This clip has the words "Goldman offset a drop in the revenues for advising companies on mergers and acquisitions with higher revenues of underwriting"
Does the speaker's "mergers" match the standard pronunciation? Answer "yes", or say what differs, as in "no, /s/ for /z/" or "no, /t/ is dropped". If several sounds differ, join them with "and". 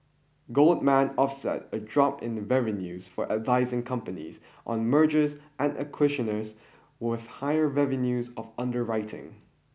yes